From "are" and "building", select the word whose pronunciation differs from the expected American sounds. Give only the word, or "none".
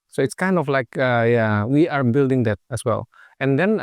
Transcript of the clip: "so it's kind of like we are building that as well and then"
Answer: none